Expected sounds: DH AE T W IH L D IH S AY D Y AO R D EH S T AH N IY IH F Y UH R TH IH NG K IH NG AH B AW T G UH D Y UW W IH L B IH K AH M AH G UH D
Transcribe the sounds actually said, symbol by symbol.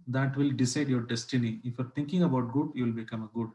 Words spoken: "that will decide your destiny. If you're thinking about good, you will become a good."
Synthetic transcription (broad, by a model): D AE T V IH L D IH S AY D Y AO R D EH S T AH N IY IH F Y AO R T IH NG K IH NG AH B AW T G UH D Y UW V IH L B IH K AH M AH G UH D